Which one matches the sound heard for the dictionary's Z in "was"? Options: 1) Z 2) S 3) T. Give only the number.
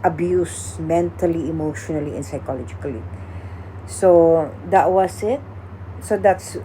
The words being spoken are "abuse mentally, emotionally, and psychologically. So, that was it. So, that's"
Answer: 2